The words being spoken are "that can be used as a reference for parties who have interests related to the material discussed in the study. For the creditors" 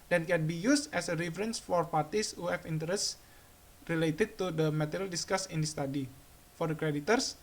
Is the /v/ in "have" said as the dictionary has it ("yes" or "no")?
no